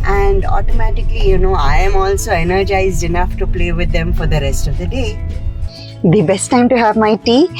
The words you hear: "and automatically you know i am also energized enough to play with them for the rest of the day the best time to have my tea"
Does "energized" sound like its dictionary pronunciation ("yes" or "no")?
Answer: yes